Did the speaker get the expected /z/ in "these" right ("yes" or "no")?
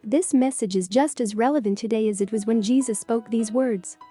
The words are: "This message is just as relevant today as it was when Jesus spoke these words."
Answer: yes